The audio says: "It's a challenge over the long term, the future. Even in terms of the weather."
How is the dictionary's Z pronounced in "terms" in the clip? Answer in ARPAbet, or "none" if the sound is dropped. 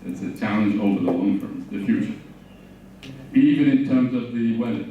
Z